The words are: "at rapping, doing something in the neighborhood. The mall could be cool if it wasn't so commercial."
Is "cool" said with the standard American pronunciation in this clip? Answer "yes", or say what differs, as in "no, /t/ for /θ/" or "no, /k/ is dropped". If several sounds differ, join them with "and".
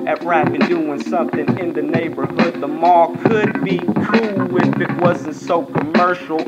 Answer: no, /w/ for /l/